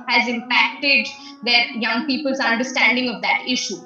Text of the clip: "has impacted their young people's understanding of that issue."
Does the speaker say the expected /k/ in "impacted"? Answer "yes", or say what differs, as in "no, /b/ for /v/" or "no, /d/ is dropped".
yes